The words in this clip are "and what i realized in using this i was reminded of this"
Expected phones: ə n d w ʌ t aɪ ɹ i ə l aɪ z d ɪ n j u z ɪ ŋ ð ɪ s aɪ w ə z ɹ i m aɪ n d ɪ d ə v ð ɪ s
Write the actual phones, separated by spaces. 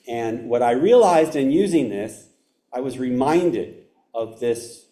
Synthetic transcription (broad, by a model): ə n w ʌ t aɪ ɹ i ə l aɪ z d ɪ n j u z ɪ ŋ ð ɪ s aɪ w ə z ɹ i m aɪ n d ɪ d ə v ð ɪ s